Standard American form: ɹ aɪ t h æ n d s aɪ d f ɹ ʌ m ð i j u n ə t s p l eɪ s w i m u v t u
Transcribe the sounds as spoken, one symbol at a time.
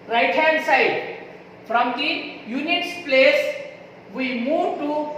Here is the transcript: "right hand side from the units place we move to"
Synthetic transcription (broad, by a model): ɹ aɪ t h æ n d s aɪ d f ɹ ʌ m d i j u n ə t s p l eɪ s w i m u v t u